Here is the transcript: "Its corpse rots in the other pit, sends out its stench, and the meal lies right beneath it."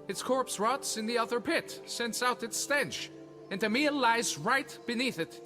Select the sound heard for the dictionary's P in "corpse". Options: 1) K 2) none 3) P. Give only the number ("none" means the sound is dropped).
3